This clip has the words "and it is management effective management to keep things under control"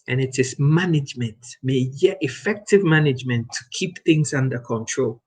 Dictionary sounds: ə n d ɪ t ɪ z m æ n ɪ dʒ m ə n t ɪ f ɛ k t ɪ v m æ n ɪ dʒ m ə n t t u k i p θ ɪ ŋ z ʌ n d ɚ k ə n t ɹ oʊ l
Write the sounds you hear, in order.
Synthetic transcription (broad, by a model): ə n ɪ t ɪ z m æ n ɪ dʒ m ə n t ɪ f ɛ k t ɪ v m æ n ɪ dʒ m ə n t t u k i p θ ɪ ŋ z ʌ n d ɚ k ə n t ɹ oʊ l